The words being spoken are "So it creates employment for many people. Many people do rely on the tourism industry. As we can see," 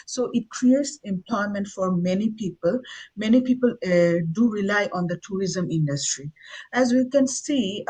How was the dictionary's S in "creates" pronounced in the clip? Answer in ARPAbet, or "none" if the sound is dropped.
S